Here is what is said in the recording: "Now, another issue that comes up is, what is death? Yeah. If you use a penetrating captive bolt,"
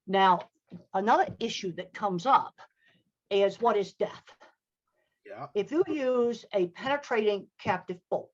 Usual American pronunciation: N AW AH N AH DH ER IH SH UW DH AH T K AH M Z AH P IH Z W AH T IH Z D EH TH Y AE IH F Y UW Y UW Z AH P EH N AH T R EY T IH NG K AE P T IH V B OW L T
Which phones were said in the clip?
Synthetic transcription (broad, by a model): N AW AH N AH DH ER IH SH UW DH AH T K AH M Z AH P IH Z W AH T IH Z D EH TH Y IH F Y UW Y UW Z AH P EH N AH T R EY T IH NG K AE P T IH V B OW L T